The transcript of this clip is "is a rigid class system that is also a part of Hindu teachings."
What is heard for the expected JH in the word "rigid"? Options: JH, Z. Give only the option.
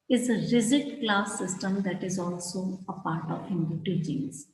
Z